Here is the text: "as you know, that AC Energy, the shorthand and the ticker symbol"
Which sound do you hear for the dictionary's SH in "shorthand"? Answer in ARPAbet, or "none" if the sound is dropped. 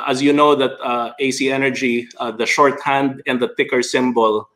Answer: SH